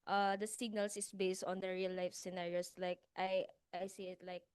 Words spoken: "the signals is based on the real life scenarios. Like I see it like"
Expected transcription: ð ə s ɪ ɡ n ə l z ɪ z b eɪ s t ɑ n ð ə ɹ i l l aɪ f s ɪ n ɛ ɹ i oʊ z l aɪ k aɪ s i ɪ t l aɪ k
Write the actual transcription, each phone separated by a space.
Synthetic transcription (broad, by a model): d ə s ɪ ɡ n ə l s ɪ s b eɪ s t ɑ n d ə ɹ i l l aɪ f s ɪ n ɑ ɹ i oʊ s l aɪ k aɪ s i ɪ t l aɪ k